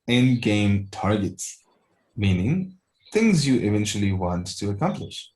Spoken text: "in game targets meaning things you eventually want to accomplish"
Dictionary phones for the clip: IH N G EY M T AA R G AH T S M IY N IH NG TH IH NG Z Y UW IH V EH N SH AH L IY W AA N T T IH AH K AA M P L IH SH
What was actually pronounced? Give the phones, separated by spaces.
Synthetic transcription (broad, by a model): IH N G EY M T AA R G AH T S M IY N IH NG TH IH NG Z Y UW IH V EH N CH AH L IY W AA N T T IH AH K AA M P L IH SH